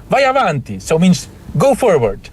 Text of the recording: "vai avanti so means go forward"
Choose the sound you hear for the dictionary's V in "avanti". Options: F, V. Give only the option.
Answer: V